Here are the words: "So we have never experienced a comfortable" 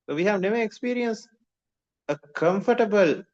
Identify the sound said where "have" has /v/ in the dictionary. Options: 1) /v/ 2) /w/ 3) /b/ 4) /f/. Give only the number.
1